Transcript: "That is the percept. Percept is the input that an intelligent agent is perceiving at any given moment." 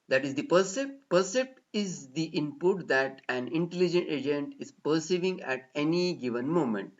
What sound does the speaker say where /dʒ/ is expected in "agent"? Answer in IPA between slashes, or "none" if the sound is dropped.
/dʒ/